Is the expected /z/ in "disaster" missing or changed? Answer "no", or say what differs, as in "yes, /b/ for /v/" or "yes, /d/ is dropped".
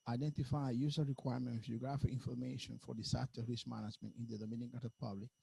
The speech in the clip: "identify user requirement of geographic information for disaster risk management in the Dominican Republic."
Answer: yes, /s/ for /z/